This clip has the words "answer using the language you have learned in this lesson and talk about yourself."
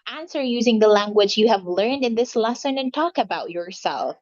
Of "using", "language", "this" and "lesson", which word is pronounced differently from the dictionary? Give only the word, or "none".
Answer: none